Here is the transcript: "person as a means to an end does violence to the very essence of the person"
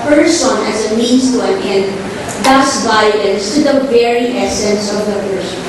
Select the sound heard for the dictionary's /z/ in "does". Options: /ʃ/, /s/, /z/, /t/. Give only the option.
/s/